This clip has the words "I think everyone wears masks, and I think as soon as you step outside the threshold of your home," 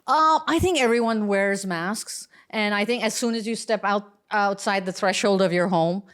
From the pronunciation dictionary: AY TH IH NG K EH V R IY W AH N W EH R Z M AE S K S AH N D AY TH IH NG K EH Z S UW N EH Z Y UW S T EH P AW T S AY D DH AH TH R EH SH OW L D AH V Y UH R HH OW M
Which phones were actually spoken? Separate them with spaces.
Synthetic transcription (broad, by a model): AY TH IH NG K EH V R IY W AH N W EH R Z M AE S K S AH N AY TH IH NG K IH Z S UW N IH Z Y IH S T EH P AW T S AY D DH AH TH R EH SH OW L D AH V Y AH R HH OW M